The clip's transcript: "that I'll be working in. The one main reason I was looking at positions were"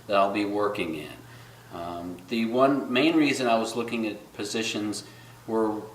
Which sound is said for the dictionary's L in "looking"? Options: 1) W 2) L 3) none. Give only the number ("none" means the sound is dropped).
2